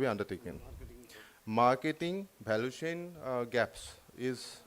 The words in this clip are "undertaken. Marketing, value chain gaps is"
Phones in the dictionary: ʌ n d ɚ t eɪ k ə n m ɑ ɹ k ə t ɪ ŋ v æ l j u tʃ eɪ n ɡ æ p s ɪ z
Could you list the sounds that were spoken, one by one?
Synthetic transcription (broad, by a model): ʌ n d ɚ t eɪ k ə n m ɑ ɹ k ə t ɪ ŋ b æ l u tʃ eɪ n ɡ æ p s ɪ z